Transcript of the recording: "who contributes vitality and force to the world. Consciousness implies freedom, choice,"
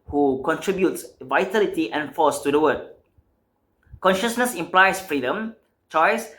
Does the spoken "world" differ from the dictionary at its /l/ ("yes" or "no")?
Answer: yes